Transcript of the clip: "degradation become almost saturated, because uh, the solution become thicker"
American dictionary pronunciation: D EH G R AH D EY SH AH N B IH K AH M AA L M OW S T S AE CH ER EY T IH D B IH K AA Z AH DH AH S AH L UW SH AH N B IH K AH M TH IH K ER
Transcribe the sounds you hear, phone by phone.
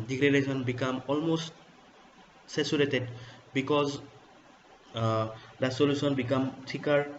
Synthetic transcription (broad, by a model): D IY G R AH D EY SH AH N B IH K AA M AA L M OW S T S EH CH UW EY T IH D B IH K AA Z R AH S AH L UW S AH N B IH K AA M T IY K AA